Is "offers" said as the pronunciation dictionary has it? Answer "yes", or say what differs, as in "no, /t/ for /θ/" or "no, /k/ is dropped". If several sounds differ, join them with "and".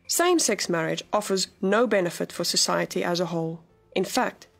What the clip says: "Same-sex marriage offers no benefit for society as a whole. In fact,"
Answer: yes